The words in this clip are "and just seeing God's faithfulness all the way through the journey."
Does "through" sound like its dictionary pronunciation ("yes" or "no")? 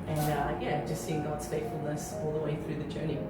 yes